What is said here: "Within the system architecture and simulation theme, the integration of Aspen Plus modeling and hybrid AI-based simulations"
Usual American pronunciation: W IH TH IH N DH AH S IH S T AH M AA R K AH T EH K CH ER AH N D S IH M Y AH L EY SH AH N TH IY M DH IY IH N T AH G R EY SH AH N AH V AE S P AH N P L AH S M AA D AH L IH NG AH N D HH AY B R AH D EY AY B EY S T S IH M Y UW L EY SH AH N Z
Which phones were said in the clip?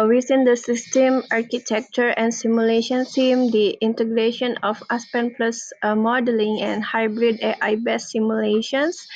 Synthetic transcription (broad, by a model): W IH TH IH N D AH S IH S T AH M AA R K AH T EH K CH ER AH N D S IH M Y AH L EY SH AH N S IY M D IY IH N T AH G R EY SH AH N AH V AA S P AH N P L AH S M AA D AH L IH NG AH N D HH AY B R AH D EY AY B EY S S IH M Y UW L EY SH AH N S